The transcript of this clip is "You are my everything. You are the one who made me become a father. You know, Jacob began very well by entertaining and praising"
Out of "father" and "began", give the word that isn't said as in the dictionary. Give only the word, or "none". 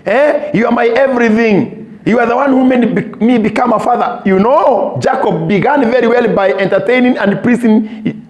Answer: none